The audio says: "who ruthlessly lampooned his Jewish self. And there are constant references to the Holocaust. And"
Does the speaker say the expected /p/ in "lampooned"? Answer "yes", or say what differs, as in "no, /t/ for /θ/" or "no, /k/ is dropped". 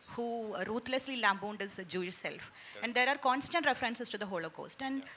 no, /b/ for /p/